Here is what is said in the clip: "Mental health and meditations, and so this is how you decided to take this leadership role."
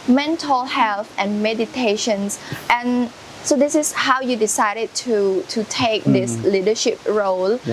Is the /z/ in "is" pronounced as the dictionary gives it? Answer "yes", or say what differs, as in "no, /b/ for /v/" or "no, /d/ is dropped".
no, /s/ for /z/